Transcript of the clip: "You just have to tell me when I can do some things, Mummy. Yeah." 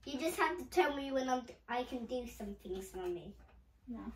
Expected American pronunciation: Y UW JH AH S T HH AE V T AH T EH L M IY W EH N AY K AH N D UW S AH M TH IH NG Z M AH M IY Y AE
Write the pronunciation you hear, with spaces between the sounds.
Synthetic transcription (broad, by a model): Y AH JH AH S T HH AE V T AH T EH L M IY W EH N AY K AH N D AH S AH M TH IH NG Z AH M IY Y